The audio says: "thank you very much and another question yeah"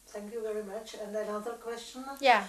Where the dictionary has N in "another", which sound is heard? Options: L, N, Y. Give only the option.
L